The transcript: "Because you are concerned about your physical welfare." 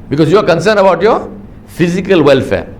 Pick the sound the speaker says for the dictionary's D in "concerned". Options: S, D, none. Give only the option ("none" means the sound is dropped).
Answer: none